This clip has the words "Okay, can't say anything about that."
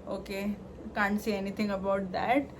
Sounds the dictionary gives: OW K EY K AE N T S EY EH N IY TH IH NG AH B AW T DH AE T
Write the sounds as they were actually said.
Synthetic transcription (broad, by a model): OW K EY K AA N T S EY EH N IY T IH NG AH B AW T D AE T